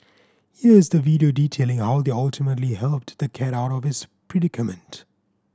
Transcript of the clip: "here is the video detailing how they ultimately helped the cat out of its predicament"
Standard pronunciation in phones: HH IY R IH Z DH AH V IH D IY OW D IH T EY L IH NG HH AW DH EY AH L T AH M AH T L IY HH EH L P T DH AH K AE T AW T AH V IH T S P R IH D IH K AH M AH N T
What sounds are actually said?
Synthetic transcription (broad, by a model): HH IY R IH Z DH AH V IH D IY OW D IH T EY L IH NG HH AW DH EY AH L T AH M AH T L IY HH EH L P T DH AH K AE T AW T AH V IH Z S P R IH D IH K AH M AH N T